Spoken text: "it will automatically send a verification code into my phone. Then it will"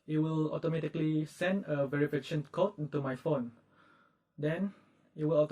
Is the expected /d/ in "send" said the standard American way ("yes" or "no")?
yes